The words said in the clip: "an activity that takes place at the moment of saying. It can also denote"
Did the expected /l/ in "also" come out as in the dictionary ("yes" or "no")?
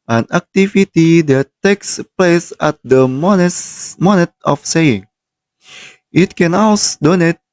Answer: no